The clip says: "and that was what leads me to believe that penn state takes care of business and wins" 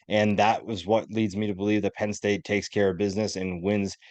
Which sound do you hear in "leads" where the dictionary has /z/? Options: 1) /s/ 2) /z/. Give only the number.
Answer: 2